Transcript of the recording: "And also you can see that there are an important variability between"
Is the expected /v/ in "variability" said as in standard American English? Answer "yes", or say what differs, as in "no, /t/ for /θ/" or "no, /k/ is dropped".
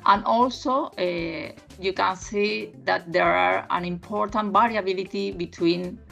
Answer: no, /b/ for /v/